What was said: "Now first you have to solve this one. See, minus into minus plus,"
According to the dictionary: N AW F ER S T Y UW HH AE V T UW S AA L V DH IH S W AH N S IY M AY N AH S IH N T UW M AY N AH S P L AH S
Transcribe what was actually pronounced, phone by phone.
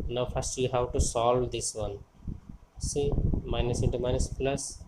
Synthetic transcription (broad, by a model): N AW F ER S T Y UW HH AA W T UW S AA L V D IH S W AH N S IY M AY N AH S IH N T UW M AY N AH S P L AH S